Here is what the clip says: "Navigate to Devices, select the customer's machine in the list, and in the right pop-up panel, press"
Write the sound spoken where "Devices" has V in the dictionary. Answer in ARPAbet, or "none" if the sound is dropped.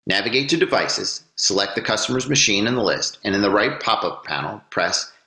V